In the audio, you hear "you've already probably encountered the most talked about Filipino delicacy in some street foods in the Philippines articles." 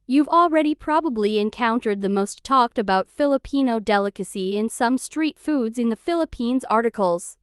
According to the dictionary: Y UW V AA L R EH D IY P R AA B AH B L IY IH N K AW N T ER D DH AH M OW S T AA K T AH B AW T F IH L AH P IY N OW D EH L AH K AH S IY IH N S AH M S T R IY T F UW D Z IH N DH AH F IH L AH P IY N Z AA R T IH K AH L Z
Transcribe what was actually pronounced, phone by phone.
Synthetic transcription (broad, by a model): Y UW V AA L R EH D IY P R AA B AH B L IY IH N K AW N T ER D DH AH M OW S T AA K T AH B AW T F IH L AH P IY N OW D EH L AH K AH S IY IH N S AH M S T R IY T F UW D Z IH N DH AH F IH L AH P IY N Z AA R T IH K L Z